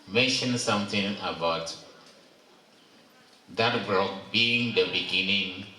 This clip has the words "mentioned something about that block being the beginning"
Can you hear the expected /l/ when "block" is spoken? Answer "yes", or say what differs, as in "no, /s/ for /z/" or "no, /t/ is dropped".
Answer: no, /l/ is dropped